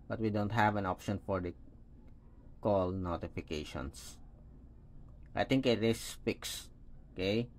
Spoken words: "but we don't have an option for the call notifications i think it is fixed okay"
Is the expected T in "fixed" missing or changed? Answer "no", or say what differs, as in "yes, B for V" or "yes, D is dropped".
yes, T is dropped